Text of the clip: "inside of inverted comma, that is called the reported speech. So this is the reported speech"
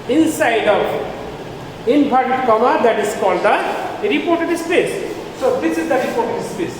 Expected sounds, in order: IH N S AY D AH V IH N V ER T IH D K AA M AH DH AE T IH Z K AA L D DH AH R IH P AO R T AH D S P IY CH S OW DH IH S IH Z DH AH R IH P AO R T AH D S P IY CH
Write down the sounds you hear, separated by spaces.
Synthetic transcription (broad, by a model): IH N S AY D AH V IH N P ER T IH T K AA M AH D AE T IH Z K AA L D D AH R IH P AO R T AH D S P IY S S OW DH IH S IH Z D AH R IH P AO R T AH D S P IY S